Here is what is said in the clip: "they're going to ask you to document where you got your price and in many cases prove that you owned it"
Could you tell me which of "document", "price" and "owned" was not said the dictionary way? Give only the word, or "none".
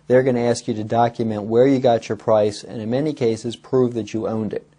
none